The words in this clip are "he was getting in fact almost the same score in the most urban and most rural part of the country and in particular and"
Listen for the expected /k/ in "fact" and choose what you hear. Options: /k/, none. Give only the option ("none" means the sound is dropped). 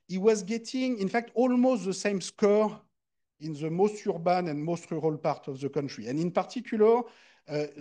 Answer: /k/